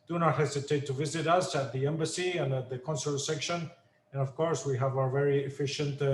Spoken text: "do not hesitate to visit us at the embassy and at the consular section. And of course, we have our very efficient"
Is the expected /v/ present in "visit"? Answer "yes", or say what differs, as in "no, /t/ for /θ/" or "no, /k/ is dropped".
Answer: yes